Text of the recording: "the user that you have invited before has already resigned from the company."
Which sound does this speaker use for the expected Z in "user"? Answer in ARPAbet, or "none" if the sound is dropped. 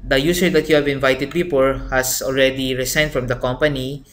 S